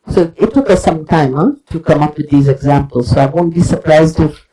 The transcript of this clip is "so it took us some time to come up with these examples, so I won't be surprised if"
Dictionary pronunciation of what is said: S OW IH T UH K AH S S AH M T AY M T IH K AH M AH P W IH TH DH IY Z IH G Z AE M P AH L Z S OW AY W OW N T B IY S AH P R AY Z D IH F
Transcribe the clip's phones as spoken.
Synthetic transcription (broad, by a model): S OW IH T UH K AH S S AH M T AY M T IH K AH M AH P W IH DH IY Z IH G Z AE M P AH L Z S OW AY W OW N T B IY S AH P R AY Z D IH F